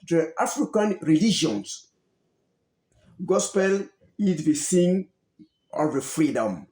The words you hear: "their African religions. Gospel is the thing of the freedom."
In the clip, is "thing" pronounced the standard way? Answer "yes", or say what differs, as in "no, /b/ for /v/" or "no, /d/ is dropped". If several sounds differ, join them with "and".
no, /s/ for /θ/